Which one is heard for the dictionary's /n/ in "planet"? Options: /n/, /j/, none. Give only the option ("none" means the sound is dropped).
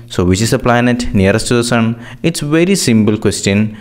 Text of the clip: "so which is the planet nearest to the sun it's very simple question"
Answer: /n/